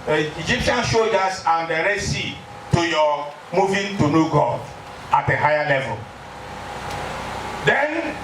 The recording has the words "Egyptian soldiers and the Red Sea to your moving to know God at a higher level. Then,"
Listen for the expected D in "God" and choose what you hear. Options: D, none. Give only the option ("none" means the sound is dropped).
none